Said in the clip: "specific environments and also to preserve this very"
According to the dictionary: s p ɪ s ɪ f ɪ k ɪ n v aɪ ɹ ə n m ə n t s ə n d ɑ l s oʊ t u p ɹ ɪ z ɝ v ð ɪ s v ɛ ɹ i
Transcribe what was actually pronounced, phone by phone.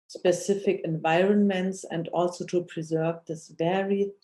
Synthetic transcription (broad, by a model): s p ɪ s ɪ f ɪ k ɪ n v aɪ ɹ ə n m ə n t s ə n d ɑ l s oʊ t u p ɹ ɪ z ɝ v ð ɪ s v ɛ ɹ i